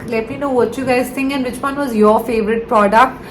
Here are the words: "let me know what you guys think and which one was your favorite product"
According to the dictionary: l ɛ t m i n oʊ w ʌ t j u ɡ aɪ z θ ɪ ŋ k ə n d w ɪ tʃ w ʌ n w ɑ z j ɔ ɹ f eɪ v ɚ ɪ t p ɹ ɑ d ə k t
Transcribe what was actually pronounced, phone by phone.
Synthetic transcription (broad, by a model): l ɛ t m i n oʊ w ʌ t j u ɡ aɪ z t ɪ ŋ ə n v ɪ tʃ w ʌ n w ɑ z j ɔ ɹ f eɪ v ɚ ɪ t p ɹ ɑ d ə k t